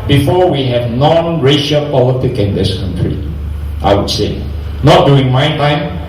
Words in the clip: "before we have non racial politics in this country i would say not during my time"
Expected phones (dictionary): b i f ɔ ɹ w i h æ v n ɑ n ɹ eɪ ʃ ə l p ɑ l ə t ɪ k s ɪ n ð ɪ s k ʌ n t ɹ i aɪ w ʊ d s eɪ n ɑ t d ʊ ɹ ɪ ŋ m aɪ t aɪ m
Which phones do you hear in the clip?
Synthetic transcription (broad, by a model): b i f ɔ w i h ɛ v n ɑ n ɹ eɪ ʃ ə l p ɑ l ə t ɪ k ɪ n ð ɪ s k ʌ n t ɹ i aɪ w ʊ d s eɪ n ɑ t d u ɪ ŋ m aɪ t aɪ m